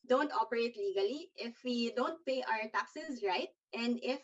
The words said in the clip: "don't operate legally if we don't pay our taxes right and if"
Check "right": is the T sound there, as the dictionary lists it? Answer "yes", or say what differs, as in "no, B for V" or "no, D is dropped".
yes